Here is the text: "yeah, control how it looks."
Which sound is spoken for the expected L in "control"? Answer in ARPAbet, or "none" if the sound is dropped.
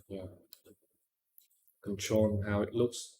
N